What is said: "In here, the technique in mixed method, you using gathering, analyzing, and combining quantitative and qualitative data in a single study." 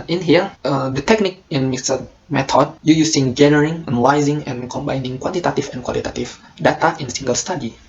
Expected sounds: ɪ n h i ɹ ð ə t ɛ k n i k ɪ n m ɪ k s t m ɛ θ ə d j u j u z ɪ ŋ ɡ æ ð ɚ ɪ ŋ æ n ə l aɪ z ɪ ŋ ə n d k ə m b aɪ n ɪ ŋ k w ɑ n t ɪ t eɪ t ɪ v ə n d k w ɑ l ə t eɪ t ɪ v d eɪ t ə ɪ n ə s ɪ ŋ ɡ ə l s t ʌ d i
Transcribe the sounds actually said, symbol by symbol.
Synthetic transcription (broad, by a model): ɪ n h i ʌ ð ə t ɛ k n i k ɪ n m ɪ s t m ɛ t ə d j u j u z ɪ ŋ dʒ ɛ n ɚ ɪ ŋ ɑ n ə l aɪ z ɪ ŋ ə n k ə m b aɪ n ɪ ŋ k w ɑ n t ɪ t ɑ t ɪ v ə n k w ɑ l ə t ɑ t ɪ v d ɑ t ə ɪ n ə s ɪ ŋ ɡ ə l s t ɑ d i